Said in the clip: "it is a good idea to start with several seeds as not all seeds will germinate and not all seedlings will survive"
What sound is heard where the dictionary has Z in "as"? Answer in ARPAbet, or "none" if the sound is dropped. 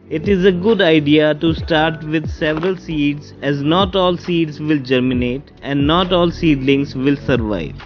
Z